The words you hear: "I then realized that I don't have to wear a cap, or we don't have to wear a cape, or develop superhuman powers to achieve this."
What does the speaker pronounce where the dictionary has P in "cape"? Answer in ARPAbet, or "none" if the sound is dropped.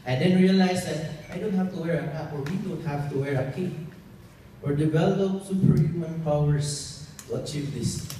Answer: none